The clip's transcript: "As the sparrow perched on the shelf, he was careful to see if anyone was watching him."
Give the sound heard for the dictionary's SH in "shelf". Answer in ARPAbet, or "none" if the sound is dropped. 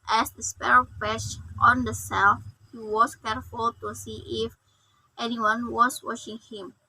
S